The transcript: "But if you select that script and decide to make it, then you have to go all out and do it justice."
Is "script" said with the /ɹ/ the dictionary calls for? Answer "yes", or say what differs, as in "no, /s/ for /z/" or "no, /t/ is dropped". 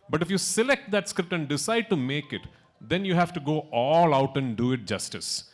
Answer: yes